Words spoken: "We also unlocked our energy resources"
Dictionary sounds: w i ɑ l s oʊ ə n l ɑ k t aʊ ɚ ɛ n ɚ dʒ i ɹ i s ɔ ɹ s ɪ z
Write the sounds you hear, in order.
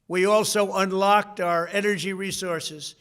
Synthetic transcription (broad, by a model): w i ɑ l s oʊ ə n l ɑ k t aʊ ɚ ɛ n ɚ dʒ i ɹ i s ɔ ɹ s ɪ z